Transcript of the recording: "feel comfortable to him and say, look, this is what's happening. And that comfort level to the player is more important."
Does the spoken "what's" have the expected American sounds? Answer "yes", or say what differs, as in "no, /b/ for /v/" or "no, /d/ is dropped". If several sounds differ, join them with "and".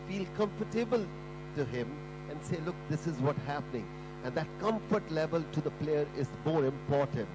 no, /s/ is dropped